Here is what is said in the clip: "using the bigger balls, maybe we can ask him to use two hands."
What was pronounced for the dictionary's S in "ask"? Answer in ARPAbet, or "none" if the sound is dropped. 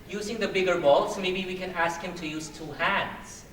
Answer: S